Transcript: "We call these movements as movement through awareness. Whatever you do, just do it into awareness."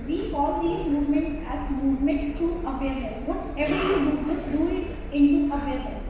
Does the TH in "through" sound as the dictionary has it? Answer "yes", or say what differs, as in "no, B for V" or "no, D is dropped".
no, T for TH